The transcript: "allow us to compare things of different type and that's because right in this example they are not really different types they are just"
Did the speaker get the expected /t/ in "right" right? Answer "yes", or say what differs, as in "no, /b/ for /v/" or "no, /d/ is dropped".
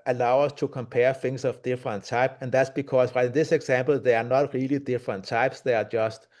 no, /t/ is dropped